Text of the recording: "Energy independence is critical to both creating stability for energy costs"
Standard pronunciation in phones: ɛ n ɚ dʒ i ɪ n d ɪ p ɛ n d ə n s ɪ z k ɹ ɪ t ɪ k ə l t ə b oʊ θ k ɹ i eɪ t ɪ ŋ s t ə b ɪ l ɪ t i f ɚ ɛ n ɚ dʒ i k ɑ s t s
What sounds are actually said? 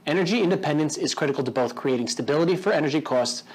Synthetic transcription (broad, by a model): ɛ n ɚ dʒ i ɪ n d ɪ p ɛ n d ə n s ɪ z k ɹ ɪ t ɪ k l t ə b oʊ θ k ɹ i eɪ t ɪ ŋ s t ə b ɪ l ɪ t i f ɚ ɛ n ɚ dʒ i k ɑ s t s